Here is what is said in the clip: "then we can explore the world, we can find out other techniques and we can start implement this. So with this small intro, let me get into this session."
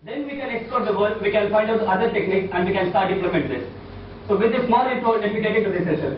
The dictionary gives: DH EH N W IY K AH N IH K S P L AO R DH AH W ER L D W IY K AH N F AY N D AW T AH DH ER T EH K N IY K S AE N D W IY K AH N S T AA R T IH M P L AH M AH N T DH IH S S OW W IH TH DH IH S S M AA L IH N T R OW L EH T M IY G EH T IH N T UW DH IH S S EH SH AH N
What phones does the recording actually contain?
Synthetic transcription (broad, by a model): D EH N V IY K AH N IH K S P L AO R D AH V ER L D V IY K AH N F AY N D AW T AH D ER T EH K N IY K S AE N D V IY K AH N S T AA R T IH M P L AH M AH N T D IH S S OW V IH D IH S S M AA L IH T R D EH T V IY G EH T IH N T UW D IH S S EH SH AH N